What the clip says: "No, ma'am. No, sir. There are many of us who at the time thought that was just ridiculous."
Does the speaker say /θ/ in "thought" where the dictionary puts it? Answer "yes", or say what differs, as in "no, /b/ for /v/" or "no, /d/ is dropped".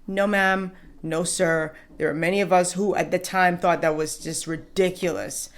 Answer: yes